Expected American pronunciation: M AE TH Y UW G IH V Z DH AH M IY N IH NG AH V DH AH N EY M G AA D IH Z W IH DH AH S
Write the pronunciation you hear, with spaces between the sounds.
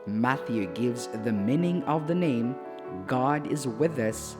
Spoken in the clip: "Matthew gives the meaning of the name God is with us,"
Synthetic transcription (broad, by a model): M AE TH Y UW G IH V Z DH AH M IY N IH NG AH V DH AH N EY M G AA D IH Z W IH DH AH S